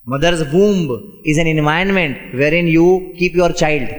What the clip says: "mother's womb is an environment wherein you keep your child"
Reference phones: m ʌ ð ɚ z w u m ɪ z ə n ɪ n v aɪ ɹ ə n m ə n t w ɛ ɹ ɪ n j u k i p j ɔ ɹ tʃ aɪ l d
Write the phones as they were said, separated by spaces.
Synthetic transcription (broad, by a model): m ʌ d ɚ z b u m ɪ z ə n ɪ n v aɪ ə n m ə n t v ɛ ɹ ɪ n j u k i p j ɔ ɹ tʃ aɪ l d